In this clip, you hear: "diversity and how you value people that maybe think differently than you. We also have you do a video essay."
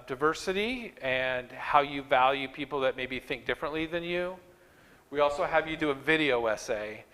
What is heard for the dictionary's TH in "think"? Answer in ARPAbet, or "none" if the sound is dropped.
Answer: TH